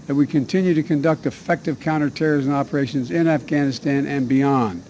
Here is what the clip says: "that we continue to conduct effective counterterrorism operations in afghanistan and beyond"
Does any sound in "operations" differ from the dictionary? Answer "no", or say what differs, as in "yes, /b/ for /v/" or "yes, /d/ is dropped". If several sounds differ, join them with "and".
no